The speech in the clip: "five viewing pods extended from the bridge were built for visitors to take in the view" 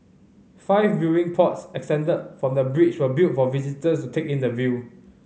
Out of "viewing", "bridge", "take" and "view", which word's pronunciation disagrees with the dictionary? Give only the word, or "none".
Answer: bridge